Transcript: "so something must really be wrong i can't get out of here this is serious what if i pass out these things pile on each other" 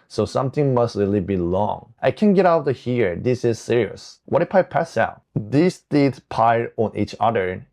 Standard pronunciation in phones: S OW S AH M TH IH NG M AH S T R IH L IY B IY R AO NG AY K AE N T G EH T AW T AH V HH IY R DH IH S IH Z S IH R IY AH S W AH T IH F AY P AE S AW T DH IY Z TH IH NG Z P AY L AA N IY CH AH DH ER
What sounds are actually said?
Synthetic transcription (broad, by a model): S OW S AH M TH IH NG M AH S T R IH L IY B IY L AO NG AY K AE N G EH T AW T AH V HH IY R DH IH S IH Z S IH R IY AH S W AH T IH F AY P AE S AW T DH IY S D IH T P AY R AA N IY CH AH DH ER